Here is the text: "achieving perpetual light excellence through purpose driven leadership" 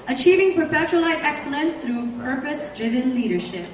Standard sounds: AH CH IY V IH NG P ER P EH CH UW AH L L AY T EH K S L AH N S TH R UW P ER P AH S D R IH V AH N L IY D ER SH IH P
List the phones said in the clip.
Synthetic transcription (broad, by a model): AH CH IY V IH NG P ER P EH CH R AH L L AY T EH K S L AH N S TH R UW P ER P AH S D R IH V AH N L IY D ER SH IH P